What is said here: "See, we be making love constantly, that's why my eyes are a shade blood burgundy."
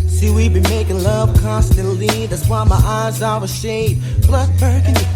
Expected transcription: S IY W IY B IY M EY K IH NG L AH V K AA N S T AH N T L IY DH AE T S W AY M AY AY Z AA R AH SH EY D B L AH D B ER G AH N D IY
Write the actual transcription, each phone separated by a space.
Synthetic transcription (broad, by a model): S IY W IY B IY M EY K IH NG L AH V K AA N S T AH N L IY DH AE T S W AY M AY AY Z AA W AH SH EY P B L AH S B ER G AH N